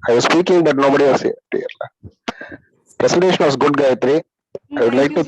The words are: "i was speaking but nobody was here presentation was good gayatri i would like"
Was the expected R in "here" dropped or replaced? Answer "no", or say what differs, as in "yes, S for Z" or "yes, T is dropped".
yes, L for R